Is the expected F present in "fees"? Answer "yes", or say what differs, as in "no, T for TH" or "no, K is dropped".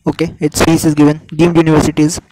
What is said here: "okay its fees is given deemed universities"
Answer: no, P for F